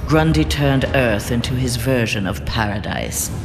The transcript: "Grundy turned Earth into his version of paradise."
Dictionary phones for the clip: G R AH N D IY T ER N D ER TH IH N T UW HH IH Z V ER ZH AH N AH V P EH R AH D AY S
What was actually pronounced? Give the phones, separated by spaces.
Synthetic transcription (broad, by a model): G R AH N D IY T ER N D ER TH IH N T UW IH Z V ER ZH AH N AH V P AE R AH D AY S